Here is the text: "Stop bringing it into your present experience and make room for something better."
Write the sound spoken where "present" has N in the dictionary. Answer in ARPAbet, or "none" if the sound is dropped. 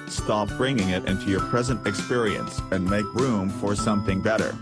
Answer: N